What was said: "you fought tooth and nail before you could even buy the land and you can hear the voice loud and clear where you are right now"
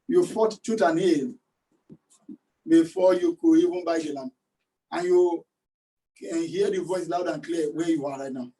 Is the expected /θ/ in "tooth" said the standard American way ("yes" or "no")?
no